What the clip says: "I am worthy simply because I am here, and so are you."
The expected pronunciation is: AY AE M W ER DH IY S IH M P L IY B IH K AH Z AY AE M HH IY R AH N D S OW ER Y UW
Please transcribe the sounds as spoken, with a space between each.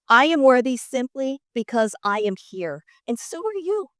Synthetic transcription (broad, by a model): AY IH M W ER DH IY S IH M P L IY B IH K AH Z AY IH M HH IY R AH N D S OW ER Y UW